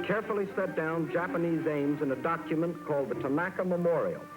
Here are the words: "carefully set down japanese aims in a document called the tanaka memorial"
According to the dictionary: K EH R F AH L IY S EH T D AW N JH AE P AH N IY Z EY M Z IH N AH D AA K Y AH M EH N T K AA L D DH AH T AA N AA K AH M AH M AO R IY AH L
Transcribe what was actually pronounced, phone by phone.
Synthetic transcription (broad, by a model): K EH R F L IY S EH T D AW N JH AE P AH N IY Z EY M Z IH N AH D AA K Y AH M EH N K AA L D DH AH T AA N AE K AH M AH M AO R IY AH L